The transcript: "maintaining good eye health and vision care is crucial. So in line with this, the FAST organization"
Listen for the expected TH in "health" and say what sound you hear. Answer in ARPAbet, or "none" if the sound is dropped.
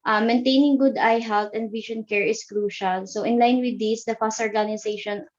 T